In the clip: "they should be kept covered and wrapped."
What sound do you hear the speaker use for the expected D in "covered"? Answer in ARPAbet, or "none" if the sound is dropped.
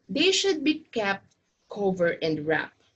none